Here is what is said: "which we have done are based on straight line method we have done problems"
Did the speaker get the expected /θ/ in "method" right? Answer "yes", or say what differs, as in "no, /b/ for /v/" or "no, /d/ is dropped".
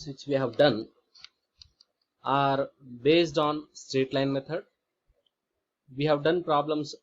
no, /t/ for /θ/